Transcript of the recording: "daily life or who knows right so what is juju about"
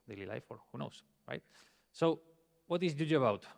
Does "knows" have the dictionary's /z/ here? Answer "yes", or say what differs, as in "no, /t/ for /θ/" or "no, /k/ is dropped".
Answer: no, /s/ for /z/